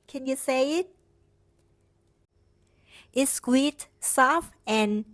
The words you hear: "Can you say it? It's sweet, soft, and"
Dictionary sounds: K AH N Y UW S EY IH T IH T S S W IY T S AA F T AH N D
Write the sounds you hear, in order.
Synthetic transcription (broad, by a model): K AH N Y UW S EY IH T IH T S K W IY T S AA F AH N